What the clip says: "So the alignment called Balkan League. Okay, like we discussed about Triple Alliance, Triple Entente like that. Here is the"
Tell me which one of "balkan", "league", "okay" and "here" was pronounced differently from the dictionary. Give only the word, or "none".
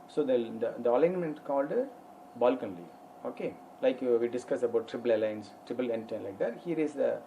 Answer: league